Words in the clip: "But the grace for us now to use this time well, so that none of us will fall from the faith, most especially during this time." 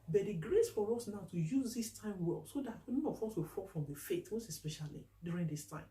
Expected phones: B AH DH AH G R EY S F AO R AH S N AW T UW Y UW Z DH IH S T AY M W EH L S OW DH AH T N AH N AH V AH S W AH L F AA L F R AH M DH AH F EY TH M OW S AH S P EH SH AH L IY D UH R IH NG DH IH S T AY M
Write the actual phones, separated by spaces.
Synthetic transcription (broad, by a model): B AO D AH G R EY S F AO R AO S N AW T UW Y UW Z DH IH S T AY M W EH L S OW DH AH T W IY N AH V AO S W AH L F AA L F R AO M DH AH F EY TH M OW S AH S P EH SH AH L IY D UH R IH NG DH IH S T AY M